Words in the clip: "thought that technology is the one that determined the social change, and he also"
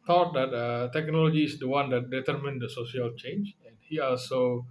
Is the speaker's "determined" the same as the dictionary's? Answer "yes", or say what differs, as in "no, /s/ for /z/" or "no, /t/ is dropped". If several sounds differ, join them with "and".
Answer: yes